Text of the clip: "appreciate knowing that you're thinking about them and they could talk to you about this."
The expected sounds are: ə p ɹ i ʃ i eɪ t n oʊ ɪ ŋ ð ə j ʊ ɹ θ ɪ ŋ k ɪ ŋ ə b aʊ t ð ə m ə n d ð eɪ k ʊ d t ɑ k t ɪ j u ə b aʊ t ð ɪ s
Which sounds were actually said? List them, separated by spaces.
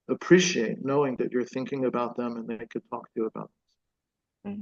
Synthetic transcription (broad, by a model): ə p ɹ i ʃ i eɪ t n oʊ ɪ ŋ ð ə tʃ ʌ ɹ θ ɪ ŋ k ɪ ŋ ə b aʊ t ð ə m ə n ð eɪ k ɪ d t ɑ k t ɪ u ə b aʊ t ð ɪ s